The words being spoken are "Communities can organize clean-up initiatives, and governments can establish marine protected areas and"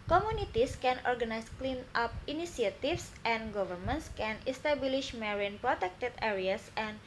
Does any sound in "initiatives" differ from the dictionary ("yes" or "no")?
yes